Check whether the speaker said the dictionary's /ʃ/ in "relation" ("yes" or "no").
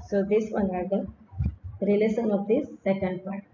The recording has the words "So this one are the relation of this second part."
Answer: no